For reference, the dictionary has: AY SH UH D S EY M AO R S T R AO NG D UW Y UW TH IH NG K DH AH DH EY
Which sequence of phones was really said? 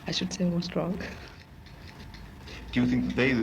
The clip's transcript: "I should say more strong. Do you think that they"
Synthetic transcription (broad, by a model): AY SH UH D S EY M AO S T R AO NG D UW Y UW TH IH NG K DH AH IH